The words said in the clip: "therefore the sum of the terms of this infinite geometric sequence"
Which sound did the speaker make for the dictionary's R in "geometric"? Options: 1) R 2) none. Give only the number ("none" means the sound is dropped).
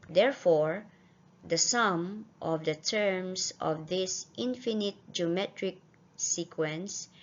1